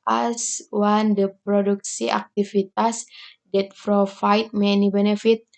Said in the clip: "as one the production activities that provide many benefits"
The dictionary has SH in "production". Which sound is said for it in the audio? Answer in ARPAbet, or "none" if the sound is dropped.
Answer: S